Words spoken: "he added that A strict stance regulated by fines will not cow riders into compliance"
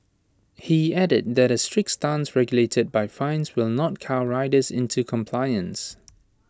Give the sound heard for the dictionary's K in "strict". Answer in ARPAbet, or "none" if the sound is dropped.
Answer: K